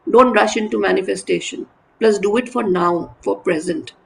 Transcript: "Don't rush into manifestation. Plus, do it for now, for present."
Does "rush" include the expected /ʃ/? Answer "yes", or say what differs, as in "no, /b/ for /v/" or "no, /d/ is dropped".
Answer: yes